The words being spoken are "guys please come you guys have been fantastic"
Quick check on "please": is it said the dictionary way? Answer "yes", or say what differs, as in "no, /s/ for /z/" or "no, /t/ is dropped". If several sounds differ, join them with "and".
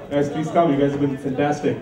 no, /l/ is dropped